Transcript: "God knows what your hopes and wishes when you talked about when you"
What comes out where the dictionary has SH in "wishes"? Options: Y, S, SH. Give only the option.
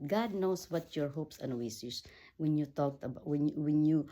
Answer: S